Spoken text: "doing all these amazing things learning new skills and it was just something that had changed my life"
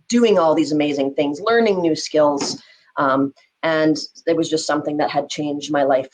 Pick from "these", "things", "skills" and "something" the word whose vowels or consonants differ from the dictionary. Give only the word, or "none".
none